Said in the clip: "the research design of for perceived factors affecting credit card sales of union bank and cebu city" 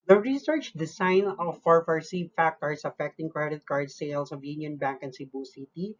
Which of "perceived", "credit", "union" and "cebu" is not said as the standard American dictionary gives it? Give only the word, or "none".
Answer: perceived